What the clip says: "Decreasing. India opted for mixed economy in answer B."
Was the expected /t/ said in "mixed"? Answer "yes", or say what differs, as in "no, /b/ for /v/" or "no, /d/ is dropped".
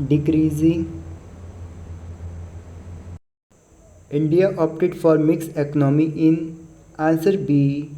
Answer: no, /t/ is dropped